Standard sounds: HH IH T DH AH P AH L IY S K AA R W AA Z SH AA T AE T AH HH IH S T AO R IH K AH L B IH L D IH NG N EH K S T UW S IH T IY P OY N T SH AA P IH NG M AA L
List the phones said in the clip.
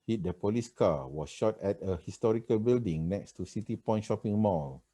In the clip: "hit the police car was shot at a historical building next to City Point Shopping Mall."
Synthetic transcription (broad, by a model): HH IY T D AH P AH L IY S K AA W AA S SH AA T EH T AH HH IH S T AO R IH K AH L B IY L D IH NG N EH K S T UW S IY T IY P OY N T SH AA P IH NG M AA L